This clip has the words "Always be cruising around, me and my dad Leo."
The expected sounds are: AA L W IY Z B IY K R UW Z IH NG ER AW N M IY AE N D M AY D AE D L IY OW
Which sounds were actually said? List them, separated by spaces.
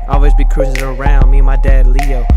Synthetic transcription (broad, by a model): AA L W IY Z B IY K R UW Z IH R ER AW N M IY M AY D AE D L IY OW